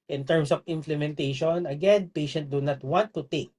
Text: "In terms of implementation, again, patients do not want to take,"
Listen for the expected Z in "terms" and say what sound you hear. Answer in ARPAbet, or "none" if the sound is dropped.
S